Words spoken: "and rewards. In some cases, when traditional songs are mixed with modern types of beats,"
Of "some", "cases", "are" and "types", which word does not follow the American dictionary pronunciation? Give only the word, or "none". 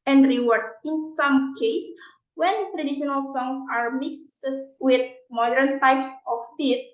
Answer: cases